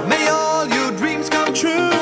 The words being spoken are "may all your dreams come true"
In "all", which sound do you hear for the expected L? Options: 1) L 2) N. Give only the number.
1